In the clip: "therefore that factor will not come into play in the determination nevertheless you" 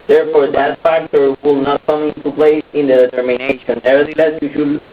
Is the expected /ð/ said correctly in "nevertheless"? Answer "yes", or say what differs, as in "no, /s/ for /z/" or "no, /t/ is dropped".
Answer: no, /ð/ is dropped